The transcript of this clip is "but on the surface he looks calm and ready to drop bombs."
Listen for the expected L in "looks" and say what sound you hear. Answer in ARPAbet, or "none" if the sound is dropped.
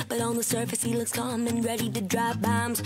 L